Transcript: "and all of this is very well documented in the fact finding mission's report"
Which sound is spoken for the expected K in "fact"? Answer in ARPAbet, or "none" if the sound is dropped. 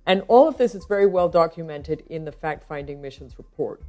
K